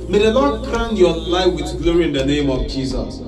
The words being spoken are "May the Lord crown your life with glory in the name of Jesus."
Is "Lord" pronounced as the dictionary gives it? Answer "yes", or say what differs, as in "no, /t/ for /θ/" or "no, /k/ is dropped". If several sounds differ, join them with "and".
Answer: no, /n/ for /l/